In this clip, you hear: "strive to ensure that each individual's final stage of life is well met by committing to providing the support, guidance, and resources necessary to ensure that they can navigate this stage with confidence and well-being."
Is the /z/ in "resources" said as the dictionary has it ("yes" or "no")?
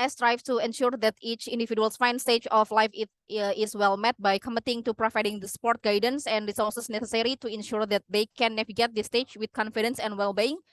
no